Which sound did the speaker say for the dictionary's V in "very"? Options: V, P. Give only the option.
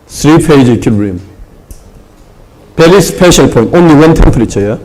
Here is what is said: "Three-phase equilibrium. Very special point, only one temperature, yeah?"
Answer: P